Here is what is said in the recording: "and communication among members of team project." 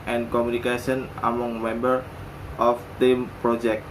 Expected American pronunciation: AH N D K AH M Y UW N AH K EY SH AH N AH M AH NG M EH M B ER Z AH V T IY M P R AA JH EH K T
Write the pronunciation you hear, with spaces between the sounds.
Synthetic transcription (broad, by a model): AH N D K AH M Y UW N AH K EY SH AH N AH M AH NG M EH M B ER AH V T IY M P R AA JH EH K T